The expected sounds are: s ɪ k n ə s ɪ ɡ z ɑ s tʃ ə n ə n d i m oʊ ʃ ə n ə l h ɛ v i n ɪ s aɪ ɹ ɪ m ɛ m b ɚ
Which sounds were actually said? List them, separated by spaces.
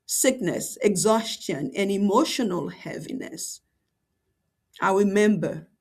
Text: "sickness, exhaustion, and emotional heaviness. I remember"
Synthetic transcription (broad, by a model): s ɪ k n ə s ɪ ɡ z ɑ s tʃ ə n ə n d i m oʊ ʃ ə n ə l h ɛ v i n ɪ s aɪ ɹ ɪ m ɛ m b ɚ